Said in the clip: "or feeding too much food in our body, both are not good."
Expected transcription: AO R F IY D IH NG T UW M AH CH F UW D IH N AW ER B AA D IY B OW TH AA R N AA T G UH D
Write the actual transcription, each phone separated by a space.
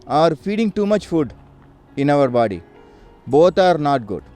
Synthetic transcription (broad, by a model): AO R F IY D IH NG T UW M AH CH F UW D IH N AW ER B AA D IY B OW T AA R N AA T G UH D